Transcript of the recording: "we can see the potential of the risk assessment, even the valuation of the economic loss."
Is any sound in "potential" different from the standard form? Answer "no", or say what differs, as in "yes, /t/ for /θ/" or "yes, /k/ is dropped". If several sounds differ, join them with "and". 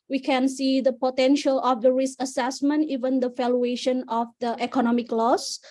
no